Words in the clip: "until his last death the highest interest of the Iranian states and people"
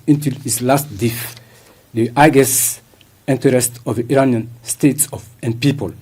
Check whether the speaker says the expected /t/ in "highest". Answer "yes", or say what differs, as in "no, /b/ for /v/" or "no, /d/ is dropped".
no, /t/ is dropped